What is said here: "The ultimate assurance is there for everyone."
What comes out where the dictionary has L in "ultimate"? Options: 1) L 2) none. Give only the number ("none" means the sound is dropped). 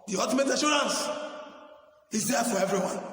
2